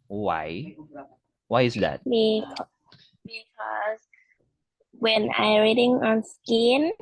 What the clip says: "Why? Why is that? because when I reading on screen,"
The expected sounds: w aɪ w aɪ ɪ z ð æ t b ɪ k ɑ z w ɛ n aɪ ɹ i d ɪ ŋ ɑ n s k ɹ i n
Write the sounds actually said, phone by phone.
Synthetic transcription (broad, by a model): w aɪ w aɪ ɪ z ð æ t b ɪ k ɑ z w ɛ n aɪ ɹ i d ɪ ŋ ɑ n s k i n